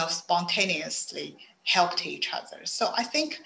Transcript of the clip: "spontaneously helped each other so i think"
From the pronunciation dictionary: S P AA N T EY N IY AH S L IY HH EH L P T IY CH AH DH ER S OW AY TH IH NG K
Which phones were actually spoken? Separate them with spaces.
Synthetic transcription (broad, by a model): S P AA N T EY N IY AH S L IY HH EH L P T IY CH AH DH ER S OW AY TH IH NG K